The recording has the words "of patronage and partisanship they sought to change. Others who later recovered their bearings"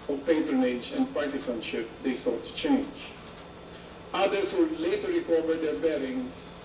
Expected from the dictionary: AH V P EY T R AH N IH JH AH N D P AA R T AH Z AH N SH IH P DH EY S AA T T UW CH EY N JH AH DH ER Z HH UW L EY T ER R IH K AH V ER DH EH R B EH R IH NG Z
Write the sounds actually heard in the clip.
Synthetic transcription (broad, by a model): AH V P EY T R AH N IH JH AH N D P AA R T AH S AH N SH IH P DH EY S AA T T UW CH EY N JH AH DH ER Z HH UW L EY T ER R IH K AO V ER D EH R B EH R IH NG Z